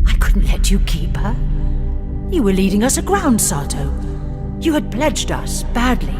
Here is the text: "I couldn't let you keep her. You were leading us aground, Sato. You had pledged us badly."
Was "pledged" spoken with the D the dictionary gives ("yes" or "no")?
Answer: yes